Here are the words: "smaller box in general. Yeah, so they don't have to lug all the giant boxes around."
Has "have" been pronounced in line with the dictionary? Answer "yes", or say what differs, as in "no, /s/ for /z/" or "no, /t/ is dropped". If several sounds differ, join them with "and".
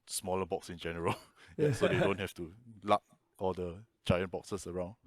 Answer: no, /f/ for /v/